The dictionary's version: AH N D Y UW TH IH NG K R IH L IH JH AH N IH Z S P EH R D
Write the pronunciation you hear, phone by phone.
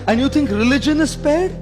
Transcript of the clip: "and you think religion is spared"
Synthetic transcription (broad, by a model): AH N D Y UW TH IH NG K R IH L IH JH AH N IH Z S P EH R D